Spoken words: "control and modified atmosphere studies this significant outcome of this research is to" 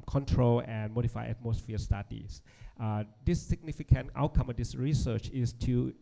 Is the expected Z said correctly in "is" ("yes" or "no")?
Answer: no